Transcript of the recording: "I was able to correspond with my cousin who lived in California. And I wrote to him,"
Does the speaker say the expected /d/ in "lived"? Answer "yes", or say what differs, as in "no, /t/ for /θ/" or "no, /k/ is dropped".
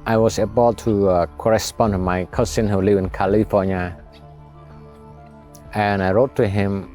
no, /d/ is dropped